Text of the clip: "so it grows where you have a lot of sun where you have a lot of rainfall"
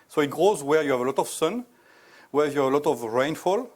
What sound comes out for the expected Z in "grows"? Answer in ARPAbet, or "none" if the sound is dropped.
Z